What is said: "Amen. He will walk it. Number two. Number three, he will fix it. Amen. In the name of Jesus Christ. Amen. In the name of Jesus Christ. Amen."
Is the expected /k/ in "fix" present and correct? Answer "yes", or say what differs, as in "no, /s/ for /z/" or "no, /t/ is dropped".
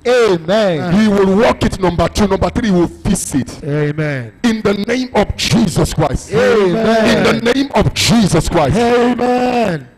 no, /k/ is dropped